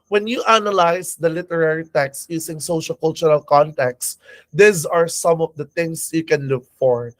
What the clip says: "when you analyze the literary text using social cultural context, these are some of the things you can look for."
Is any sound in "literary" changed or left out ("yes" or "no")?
no